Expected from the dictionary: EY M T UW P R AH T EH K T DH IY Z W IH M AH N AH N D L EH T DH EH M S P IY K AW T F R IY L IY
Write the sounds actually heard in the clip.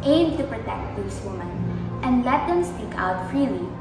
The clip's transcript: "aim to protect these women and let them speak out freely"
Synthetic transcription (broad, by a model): EY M T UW P R AH T EH K T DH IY S W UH M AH N AH N D L EH T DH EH M S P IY K AW T F R IY L IY